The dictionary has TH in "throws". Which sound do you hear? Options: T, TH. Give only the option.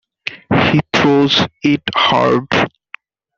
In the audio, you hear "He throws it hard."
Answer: T